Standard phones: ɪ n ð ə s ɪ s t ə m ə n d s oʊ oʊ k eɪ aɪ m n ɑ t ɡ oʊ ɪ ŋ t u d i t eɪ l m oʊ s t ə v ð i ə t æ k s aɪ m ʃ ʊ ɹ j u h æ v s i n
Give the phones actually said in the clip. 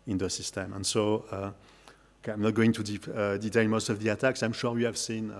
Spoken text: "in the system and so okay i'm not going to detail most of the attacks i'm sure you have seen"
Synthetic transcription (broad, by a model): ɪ n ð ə s ɪ s t ə m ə n s oʊ oʊ k eɪ aɪ m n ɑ t ɡ oʊ ɪ ŋ t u d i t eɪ n m oʊ s t ə v ð i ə t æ k s aɪ m ʃ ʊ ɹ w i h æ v s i n